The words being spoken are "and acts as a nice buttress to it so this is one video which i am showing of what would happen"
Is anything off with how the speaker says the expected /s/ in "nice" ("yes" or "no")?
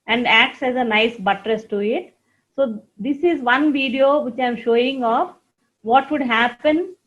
no